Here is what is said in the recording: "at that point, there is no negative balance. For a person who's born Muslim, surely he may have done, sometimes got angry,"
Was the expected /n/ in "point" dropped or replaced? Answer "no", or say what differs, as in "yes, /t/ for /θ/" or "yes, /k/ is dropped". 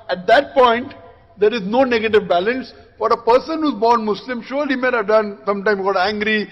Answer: no